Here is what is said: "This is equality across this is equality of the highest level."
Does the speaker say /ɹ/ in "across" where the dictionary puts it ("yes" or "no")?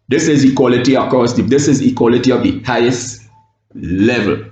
no